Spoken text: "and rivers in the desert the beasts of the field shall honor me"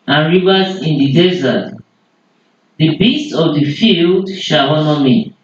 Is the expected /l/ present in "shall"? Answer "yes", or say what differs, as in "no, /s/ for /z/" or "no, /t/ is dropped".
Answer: no, /w/ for /l/